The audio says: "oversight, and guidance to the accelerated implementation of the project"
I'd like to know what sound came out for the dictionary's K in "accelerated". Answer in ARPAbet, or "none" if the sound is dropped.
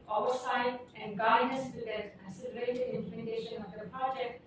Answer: none